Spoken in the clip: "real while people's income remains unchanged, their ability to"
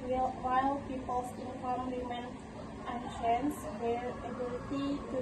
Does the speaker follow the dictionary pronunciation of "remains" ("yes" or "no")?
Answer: no